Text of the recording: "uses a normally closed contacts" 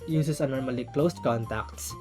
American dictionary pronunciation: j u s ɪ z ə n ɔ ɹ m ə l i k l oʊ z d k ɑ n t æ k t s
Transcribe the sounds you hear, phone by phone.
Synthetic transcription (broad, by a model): j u s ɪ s ə n ɔ ɹ m ə l i k l oʊ s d k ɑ n t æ k t s